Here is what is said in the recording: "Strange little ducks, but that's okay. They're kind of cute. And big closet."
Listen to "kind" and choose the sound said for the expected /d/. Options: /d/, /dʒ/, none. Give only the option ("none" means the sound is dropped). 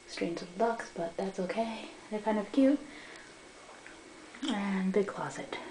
/d/